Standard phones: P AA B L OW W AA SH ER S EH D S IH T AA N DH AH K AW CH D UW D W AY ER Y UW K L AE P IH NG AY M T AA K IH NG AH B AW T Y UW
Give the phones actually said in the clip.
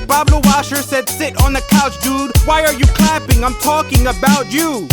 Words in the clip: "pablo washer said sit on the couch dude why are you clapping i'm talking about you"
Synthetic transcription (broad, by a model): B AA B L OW W AA SH ER S EH D S IH T N DH AH K AW CH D UW D W AY ER Y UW K L AE P IH NG AY M T AA K IH NG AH B AW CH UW